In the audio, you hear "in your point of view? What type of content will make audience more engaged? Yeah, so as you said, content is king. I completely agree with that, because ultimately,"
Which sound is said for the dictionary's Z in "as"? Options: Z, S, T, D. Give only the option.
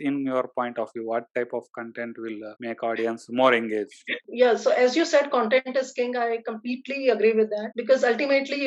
Z